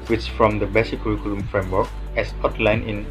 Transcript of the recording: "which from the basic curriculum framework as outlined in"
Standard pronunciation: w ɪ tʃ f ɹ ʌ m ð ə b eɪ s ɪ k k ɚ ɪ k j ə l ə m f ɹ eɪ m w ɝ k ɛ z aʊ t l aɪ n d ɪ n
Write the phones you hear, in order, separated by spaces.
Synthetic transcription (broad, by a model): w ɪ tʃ f ɹ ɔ m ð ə b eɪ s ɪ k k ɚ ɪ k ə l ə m f ɹ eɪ m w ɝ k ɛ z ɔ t l aɪ n ɪ n